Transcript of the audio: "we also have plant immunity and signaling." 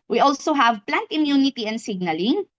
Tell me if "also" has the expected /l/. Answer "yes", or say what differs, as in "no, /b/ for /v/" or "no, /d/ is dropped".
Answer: yes